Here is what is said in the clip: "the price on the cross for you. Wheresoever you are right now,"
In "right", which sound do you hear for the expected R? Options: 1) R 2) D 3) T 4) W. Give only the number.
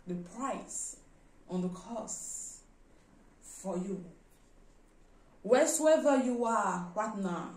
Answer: 4